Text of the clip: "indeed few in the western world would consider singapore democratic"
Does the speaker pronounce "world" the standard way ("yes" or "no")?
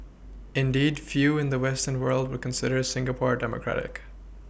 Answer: yes